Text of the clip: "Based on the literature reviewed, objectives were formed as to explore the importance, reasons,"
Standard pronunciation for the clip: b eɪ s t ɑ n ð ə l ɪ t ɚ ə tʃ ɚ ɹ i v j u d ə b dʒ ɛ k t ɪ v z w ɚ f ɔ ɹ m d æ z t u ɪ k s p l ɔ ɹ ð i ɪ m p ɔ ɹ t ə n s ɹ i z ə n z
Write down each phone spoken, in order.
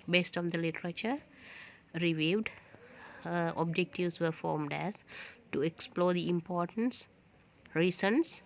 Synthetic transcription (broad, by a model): b eɪ s t ɑ n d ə l ɪ t ɚ ə tʃ ɚ ɹ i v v d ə b dʒ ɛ k t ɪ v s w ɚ f ɔ ɹ m d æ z t u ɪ k s p l ɔ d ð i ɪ m p ɔ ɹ t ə n s ɹ i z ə n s